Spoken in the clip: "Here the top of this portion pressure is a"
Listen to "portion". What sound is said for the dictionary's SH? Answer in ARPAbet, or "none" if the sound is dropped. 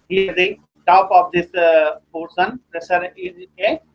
S